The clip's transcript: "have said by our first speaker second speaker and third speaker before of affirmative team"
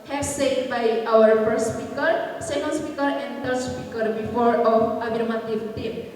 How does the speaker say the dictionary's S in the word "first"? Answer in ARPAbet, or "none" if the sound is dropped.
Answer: none